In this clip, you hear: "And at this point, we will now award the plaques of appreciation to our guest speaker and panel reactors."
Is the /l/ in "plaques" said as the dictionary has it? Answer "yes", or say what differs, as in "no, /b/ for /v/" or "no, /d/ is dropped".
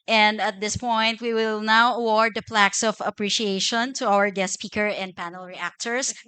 yes